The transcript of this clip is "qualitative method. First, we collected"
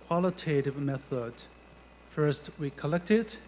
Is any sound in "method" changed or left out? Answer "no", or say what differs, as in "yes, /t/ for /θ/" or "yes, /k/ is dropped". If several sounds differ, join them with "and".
no